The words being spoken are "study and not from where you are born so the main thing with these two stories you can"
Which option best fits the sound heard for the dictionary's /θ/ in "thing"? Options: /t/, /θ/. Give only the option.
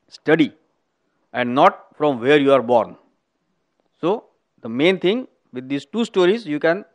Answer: /t/